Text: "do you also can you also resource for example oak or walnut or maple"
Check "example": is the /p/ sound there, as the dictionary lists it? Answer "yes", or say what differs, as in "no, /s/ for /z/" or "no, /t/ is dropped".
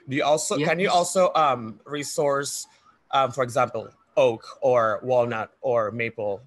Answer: yes